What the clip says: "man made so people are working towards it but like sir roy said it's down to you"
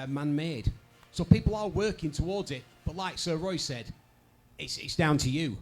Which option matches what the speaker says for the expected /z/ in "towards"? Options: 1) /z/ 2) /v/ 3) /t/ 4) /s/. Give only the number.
1